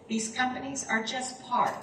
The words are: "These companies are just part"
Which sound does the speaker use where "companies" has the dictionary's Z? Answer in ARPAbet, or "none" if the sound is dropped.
Z